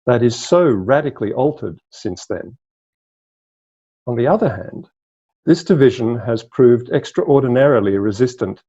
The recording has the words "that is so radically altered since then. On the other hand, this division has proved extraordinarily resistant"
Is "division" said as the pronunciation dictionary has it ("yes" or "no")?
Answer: yes